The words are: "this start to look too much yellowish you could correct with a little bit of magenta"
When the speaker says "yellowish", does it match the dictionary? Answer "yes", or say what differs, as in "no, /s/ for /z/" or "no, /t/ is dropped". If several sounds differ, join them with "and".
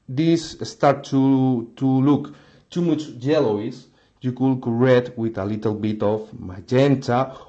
no, /s/ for /ʃ/